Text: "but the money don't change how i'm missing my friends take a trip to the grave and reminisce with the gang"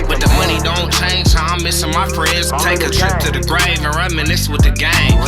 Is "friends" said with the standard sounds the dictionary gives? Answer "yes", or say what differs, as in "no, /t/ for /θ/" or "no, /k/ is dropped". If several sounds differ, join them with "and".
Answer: yes